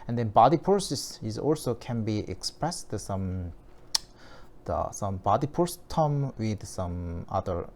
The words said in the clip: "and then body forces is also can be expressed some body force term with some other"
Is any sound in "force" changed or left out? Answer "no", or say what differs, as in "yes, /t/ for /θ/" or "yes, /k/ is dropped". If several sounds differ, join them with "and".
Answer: yes, /p/ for /f/